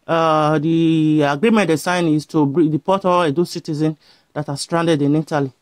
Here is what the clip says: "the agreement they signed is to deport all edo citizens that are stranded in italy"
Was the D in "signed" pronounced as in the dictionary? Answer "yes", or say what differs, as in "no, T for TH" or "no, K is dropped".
no, D is dropped